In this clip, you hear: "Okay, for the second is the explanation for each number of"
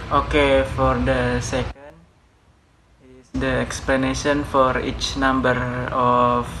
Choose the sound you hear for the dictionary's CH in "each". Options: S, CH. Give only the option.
CH